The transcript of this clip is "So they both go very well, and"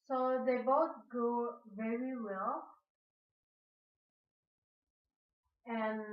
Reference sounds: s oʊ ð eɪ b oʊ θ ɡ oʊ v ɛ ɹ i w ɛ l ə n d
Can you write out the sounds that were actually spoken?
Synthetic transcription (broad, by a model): s oʊ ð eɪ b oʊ t ɡ oʊ v ɛ ɹ i w ɛ l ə n